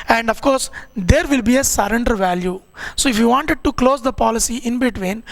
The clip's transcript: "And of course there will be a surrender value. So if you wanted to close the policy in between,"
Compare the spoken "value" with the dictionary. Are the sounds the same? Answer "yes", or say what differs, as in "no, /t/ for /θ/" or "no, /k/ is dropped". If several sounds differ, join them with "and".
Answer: yes